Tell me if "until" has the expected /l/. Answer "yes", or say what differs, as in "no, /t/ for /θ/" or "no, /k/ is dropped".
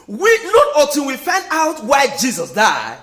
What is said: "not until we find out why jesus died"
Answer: no, /n/ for /l/